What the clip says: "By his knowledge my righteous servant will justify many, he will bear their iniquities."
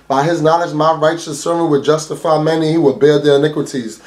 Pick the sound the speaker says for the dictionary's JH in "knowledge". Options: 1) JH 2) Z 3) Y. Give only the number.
2